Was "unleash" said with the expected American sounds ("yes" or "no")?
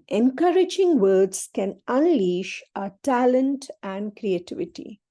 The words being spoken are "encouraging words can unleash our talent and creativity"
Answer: yes